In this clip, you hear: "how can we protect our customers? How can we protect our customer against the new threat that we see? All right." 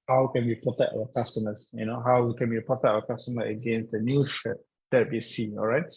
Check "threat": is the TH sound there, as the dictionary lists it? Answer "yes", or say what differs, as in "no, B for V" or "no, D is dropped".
no, T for TH